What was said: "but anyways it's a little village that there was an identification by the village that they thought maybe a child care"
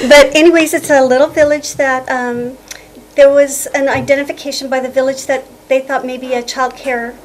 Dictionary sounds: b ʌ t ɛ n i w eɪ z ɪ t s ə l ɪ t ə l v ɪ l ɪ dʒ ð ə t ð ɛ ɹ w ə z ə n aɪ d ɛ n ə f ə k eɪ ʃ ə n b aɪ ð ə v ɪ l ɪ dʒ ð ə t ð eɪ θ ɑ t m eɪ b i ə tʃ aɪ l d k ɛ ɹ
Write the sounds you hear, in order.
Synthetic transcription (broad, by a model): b ʌ t ɛ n i w eɪ z ɪ t s ə l ɪ t l v ɪ l ɪ dʒ ð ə t ð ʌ ɹ w ə z ə n aɪ d ɛ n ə f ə k eɪ ʃ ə n b aɪ ð ə v ɪ l ɪ dʒ ð ə t ð eɪ θ ɑ t m eɪ b i ə tʃ aɪ l d k ɛ ɹ